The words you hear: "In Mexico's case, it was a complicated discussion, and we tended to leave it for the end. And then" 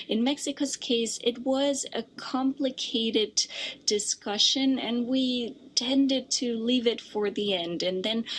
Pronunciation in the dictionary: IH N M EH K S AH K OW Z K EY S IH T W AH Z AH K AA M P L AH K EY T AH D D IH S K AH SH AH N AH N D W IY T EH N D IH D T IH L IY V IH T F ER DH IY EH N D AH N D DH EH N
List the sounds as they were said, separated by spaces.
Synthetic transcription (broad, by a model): IH N M EH K S AH K OW Z K EY S IH T W AH Z AH K AA M P L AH K EY T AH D D IH S K AH SH AH N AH N W IY T EH N D IH D T IH L IY V IH T F ER DH IY EH N D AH N DH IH N